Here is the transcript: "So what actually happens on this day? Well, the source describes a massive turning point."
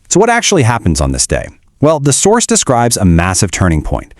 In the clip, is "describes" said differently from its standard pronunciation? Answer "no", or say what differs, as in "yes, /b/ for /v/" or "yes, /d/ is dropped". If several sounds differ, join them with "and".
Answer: no